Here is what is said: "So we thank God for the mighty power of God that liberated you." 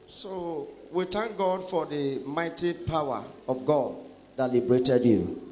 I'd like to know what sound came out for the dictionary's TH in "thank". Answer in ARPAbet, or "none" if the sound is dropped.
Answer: T